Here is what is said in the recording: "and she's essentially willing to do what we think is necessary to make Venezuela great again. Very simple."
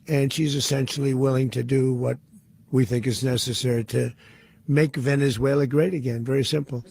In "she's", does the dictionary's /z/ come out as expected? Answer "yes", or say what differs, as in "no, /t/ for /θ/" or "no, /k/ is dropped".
yes